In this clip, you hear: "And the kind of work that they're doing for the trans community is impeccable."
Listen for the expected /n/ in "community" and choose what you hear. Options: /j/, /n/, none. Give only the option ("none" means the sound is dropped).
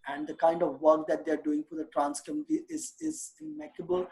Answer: none